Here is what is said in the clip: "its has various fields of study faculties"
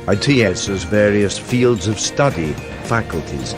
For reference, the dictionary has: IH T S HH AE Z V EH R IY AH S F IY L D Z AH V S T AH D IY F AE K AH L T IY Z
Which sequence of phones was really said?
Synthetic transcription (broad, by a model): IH T S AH Z V EH R IY AH S F IY L D Z AH V S T AH D IY F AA K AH L T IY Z